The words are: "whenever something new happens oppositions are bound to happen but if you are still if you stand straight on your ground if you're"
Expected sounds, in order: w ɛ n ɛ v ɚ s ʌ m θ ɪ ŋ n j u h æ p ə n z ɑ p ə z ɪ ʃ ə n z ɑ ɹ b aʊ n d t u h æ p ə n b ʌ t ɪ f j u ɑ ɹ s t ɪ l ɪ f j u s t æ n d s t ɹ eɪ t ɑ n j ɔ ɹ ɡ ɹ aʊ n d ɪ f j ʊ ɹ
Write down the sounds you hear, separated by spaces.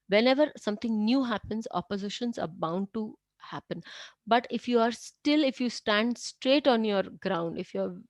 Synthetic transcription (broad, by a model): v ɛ n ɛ v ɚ s ʌ m t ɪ ŋ n j u h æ p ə n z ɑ p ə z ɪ ʃ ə n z ɑ ɹ b aʊ n d t u h æ p ə n b ʌ t ɪ f j u ɑ ɹ s t ɪ l ɪ f j u s t æ n d s t ɹ eɪ t ɑ n j ɔ ɹ ɡ ɹ aʊ n d ɪ f j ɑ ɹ